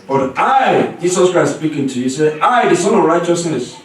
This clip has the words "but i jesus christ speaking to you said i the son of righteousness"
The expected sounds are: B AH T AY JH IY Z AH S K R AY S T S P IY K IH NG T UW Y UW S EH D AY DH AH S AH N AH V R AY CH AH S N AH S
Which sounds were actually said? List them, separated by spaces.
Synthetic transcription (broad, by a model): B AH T AY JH IY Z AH S K R AY S T S P IY K IH NG T UW Y UW S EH AY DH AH S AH N AH V R AY CH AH S N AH S